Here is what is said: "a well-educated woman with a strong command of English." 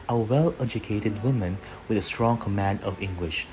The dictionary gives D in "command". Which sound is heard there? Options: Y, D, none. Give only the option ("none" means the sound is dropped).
D